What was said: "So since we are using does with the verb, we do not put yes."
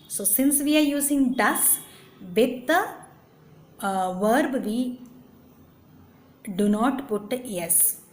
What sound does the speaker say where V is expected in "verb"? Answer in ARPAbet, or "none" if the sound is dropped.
V